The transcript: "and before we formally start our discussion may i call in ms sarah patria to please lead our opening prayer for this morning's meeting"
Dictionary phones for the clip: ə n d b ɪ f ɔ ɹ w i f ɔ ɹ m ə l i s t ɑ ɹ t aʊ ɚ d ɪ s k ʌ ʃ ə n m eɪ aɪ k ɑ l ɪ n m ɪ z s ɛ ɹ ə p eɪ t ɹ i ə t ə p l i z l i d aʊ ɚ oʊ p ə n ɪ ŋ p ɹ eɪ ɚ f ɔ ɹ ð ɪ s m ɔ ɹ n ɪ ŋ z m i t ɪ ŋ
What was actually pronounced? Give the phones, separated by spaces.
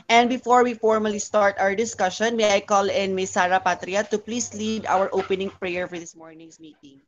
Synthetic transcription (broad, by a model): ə n d b ɪ f ɔ ɹ w i f ɔ ɹ m ə l i s t ɑ ɹ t aʊ ɚ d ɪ s k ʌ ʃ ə n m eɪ aɪ k ɑ l ɪ n m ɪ s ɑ ɹ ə p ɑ t ɹ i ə t ə p l i s l i d aʊ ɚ oʊ p ə n ɪ ŋ p ɹ eɪ ɚ f ɔ ɹ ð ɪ s m ɔ ɹ n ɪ ŋ s m i t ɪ ŋ